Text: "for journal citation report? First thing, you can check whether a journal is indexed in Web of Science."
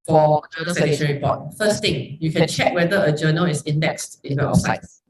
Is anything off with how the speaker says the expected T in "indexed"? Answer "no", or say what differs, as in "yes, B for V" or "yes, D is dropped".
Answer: no